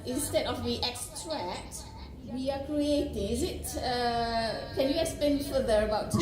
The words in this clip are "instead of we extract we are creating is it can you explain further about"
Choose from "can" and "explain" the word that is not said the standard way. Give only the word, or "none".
explain